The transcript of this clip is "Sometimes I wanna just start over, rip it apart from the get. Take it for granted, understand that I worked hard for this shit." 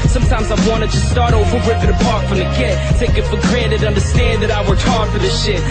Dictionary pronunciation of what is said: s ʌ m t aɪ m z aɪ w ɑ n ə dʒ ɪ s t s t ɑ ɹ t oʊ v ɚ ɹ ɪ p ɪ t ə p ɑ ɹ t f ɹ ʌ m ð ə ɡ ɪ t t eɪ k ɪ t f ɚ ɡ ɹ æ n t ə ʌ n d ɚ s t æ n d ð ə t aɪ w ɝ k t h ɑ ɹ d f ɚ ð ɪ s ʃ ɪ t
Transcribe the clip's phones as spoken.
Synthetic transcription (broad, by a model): s ʌ m t aɪ m z aɪ w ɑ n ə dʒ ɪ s s t ɑ ɹ t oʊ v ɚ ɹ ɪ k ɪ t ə p ɑ ɹ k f ɹ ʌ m ð ə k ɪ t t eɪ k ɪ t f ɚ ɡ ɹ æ t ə ʌ n d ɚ s t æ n ð ə t aɪ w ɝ t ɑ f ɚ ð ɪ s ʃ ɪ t